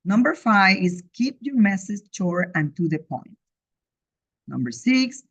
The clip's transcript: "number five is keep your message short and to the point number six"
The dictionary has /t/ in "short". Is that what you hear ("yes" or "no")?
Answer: no